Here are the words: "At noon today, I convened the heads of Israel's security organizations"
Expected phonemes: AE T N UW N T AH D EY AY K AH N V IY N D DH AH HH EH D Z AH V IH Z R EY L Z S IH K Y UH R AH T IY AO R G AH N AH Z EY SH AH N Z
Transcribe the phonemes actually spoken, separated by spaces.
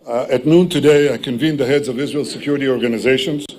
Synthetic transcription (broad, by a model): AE T N UW N T AH D EY AY K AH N V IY N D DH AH HH EH D Z AH V IH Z R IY L S IH K Y UH R AH T IY AO R G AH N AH Z EY SH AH N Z